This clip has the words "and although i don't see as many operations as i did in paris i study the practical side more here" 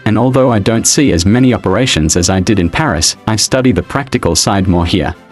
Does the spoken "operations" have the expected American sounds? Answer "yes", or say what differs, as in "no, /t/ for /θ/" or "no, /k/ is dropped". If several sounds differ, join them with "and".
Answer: yes